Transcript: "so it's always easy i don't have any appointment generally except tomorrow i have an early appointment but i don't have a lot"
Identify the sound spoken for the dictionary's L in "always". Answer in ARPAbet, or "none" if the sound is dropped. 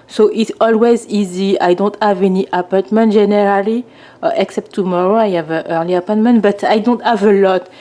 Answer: L